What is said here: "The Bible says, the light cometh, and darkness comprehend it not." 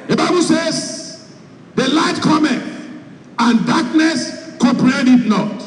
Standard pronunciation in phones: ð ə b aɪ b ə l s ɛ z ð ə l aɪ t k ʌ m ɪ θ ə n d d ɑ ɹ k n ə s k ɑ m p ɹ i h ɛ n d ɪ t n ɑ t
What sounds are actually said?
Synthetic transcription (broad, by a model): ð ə b aɪ b ə l s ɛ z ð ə l aɪ t k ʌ m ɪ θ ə n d d ɑ k n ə s k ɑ p ɹ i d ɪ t n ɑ t